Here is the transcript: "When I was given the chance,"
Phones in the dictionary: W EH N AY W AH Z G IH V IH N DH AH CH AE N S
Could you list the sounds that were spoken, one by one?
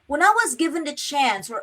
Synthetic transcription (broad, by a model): W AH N AY W AH Z G IH V IH N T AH CH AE N S